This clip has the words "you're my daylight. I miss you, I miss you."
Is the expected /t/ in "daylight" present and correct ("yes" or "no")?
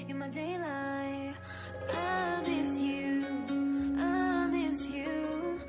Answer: no